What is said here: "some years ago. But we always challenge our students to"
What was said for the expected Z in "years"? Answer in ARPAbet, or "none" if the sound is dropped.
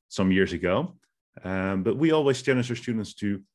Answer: Z